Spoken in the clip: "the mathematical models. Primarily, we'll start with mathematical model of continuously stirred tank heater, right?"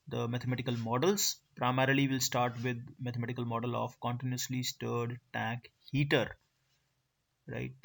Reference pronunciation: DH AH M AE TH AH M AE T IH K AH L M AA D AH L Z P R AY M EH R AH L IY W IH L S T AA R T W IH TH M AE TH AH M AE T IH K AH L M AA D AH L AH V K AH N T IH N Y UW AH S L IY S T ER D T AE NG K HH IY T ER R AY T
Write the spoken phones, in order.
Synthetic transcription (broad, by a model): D AH M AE T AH M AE T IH K AH L M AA D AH L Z P R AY M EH R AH L IY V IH L S T AA R T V IH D M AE T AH M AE T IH K AH L M AA D AH L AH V K AH N T IH N Y UW AH S L IY S T ER D T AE K HH IY T ER R AY T